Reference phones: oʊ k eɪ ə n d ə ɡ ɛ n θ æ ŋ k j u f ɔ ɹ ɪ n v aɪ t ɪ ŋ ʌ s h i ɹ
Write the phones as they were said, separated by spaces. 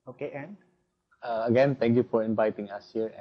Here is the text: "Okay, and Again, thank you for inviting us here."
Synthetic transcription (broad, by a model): oʊ k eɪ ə n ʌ ə ɡ ɛ n t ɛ ŋ k j u f ɔ ɹ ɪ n v aɪ t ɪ ŋ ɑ s h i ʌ